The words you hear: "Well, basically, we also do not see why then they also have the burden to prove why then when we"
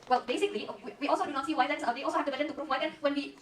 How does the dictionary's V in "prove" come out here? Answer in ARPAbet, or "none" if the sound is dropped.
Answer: F